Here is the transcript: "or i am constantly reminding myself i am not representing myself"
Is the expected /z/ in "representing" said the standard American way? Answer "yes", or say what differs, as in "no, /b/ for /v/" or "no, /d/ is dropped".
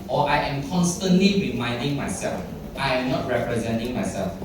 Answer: yes